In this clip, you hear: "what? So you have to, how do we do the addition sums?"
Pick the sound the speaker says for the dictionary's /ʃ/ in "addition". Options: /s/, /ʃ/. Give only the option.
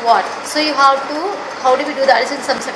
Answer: /s/